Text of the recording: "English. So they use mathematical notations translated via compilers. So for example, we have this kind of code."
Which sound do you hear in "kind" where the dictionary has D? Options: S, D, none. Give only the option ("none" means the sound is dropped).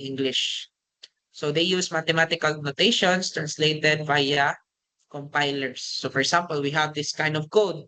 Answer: D